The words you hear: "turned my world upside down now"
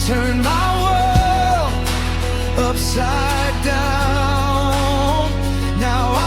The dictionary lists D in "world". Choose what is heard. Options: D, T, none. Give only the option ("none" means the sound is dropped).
none